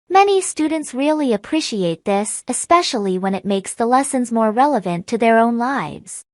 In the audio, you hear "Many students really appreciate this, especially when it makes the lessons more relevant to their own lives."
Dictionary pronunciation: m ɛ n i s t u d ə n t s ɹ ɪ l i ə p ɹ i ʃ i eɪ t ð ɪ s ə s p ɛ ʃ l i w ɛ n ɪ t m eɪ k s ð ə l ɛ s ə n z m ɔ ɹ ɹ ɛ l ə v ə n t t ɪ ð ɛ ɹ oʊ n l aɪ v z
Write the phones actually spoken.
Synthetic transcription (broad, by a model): m ɛ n i s t u d n t s ɹ ɪ l i ə p ɹ i ʃ i eɪ t ð ɪ s ə s p ɛ ʃ l i w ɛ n ɪ t m eɪ k s ð ə l ɛ s ə n z m ɔ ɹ ɹ ɛ l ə v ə n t t ɪ ð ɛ ɹ oʊ n l aɪ v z